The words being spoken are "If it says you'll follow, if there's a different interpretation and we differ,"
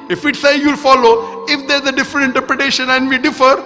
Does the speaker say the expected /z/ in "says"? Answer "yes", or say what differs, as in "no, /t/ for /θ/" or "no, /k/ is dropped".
no, /z/ is dropped